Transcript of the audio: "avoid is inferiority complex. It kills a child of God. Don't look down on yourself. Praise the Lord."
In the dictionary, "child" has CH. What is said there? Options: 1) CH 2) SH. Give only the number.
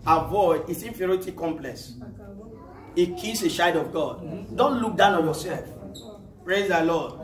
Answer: 2